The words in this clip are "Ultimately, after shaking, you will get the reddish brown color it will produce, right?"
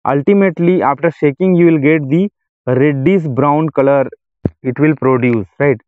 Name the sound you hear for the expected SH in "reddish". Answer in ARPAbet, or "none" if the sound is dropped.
S